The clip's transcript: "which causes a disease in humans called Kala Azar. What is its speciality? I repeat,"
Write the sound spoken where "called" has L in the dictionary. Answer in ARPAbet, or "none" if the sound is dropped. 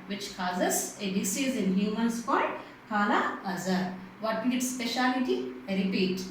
none